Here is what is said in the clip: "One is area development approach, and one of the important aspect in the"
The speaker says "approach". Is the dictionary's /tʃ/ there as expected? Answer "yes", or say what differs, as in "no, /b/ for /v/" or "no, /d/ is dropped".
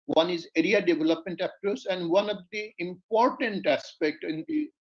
no, /s/ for /tʃ/